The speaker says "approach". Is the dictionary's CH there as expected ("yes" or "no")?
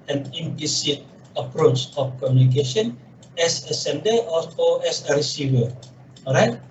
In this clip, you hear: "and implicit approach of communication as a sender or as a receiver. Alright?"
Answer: yes